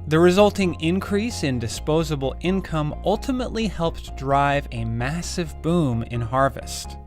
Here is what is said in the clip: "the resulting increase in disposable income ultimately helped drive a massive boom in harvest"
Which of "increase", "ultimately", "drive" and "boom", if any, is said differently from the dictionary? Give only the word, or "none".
none